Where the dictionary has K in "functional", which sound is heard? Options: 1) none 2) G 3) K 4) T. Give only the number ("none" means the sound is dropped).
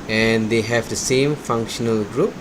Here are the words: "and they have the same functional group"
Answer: 3